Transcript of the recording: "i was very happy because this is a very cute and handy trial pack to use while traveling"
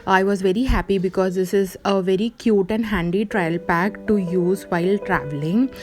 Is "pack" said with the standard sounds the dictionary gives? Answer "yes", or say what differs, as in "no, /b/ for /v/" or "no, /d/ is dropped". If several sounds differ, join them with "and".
yes